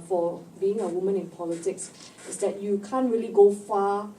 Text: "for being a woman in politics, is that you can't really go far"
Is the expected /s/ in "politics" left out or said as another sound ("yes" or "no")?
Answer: no